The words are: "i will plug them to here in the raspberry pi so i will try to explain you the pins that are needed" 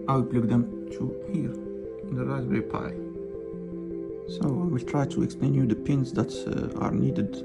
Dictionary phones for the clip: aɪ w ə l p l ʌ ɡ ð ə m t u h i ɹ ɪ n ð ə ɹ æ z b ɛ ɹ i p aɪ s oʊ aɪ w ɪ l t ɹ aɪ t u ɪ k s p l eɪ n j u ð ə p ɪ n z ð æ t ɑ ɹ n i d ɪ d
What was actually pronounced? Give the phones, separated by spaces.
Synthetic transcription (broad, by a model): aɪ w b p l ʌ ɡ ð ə m t u h i ɹ ɪ n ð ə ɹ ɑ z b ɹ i p aɪ s oʊ aɪ w ɪ l t ɹ aɪ t u ɪ k s p l eɪ n j u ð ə p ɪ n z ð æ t ɑ ɹ n i d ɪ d